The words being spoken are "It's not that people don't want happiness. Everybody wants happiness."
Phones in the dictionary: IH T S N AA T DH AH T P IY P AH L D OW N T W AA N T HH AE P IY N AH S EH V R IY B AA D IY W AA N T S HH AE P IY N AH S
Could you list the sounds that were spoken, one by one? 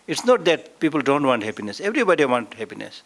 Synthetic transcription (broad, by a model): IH T S N AA T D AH T P IY P AH L D OW N T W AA N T HH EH P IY N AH S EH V R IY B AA D IY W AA N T HH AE P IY N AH S